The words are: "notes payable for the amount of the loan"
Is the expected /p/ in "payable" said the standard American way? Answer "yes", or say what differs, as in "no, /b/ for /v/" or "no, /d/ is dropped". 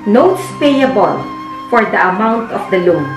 yes